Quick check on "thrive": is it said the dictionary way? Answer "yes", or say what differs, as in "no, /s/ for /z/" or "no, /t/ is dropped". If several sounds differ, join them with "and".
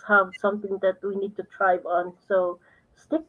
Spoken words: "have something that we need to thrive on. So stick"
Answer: no, /t/ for /θ/